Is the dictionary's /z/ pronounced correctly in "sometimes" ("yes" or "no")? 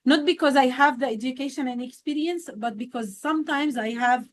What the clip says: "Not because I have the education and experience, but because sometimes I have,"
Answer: yes